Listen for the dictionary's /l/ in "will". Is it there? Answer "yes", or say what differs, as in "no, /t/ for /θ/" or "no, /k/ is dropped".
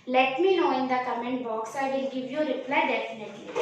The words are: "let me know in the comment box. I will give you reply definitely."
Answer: no, /n/ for /l/